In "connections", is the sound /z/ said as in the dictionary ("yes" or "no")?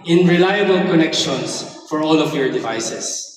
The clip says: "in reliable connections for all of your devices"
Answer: no